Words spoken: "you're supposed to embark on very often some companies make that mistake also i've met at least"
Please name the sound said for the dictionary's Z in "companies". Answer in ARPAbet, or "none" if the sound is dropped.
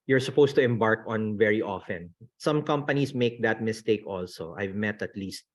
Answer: S